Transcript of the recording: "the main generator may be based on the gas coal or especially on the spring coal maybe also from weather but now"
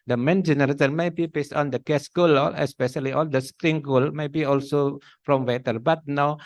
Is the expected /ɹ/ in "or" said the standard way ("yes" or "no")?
no